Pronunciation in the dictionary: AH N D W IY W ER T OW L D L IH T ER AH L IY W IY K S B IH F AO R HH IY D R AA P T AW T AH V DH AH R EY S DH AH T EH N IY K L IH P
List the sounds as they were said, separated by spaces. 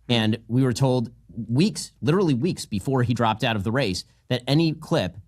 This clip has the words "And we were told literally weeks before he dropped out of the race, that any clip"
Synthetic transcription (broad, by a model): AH N W IY W ER T OW L D L IH T ER L IY W IY K S B IH F AO R IY D R AA P T AW T AH V DH AH R EY S DH AH T EH N IY K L IH P